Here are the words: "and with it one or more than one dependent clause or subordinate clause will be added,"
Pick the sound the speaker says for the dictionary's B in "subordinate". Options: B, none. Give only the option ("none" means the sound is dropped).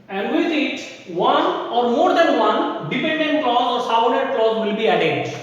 none